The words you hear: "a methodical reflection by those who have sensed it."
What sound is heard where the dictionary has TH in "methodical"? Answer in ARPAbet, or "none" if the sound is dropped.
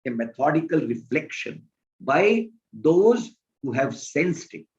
T